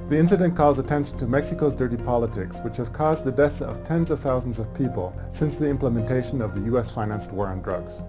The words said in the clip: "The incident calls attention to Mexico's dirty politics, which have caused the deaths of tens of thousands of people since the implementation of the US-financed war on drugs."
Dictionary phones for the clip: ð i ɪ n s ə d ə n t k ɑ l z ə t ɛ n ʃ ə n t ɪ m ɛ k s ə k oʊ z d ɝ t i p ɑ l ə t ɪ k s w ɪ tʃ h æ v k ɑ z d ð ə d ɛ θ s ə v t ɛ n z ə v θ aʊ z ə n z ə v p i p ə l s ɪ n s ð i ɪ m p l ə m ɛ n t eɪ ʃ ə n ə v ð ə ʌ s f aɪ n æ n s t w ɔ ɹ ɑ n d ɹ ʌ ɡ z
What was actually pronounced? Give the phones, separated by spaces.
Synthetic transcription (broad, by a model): ð i ɪ n s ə d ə n k ɑ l z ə t ɛ n ʃ n t ɪ m ɛ k s ə k oʊ z d ɝ t i p ɑ l ə t ɪ k s w ɪ tʃ h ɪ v k ɑ z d ð ə d ɛ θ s ə v t ɛ n z ə v θ aʊ z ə n z ə v p i p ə l s ɪ n s ð i ɪ m p l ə m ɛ n t eɪ ʃ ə n ə v ð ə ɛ s f aɪ n æ n s t w ɔ ɹ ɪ n d ɹ ʌ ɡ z